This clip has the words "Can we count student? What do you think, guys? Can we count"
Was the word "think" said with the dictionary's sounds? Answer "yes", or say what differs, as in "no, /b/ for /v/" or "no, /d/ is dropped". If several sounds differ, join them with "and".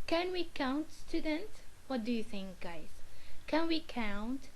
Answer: yes